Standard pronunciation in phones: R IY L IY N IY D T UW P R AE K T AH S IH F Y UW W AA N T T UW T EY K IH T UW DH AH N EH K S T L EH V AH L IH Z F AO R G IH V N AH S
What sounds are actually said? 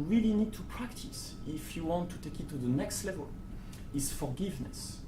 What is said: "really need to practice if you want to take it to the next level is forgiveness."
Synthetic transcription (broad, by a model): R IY L IY N IY D T UW P R AE K T AH S IH F Y UW W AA N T T UW T EY K IH T UW DH AH N EH K S T L EH V AH L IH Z F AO R G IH V N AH S